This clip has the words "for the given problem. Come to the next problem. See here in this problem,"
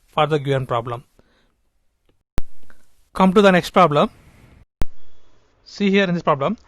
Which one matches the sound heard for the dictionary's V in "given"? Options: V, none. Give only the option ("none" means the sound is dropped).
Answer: none